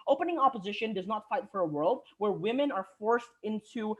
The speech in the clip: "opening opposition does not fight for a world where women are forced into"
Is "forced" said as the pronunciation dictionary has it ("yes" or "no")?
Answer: yes